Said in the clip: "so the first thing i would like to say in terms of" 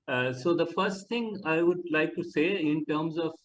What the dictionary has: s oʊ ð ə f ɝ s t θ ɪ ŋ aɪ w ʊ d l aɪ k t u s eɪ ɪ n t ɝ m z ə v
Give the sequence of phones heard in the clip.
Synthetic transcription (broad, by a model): s oʊ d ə f ɝ s t t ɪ ŋ aɪ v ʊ d l aɪ k t u s eɪ ɪ n t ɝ m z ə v